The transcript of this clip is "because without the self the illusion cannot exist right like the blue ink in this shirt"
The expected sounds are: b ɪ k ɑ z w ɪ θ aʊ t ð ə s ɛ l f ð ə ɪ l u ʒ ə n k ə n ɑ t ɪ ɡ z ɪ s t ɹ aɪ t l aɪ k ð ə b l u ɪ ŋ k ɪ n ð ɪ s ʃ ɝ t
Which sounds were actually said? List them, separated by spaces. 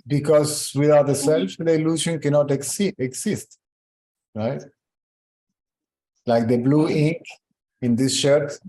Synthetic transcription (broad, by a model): b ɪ k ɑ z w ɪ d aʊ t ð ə s ɛ l f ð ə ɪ l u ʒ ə n k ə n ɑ t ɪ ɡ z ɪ s t ɹ aɪ t l aɪ k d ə b l u ɪ ŋ k ɪ n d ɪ s ʃ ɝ t